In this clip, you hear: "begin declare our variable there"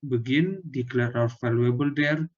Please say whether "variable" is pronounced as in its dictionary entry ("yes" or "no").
no